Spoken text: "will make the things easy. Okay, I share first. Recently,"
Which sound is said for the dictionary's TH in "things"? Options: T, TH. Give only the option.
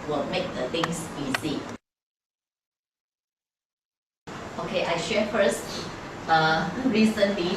T